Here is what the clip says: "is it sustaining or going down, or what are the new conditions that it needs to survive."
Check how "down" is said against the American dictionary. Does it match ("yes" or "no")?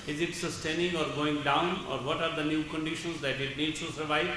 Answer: yes